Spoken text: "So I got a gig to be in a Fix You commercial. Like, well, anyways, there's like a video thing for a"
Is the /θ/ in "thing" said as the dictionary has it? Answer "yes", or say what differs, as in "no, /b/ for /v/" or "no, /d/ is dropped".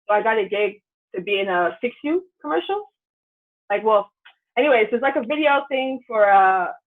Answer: yes